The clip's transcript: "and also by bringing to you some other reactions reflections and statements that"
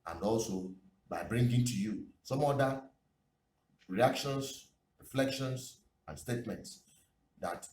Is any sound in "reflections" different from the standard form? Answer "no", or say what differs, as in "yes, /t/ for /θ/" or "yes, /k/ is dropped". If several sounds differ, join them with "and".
yes, /s/ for /z/